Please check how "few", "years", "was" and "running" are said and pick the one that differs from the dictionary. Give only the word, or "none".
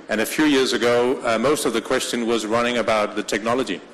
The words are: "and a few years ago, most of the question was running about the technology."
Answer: none